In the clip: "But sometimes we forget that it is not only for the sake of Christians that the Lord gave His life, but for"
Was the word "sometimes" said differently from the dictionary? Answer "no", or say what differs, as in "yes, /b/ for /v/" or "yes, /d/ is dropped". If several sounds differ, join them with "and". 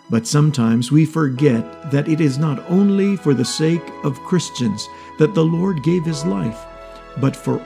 no